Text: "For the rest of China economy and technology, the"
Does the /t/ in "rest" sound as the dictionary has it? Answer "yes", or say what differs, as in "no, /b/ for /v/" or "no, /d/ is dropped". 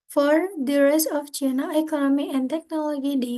no, /t/ is dropped